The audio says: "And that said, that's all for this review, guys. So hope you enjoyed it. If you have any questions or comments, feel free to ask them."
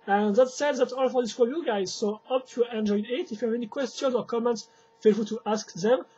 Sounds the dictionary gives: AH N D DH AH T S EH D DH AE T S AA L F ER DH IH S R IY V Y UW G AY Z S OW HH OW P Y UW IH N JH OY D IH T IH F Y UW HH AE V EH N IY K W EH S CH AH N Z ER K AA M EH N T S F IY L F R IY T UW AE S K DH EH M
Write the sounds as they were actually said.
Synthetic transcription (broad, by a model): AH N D DH AH T S EH D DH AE T AA L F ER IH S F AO Y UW G AY Z S OW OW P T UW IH N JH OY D IH T IH F Y UW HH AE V EH N IY K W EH S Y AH N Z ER K AA M EH N T S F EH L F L T UW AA S K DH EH M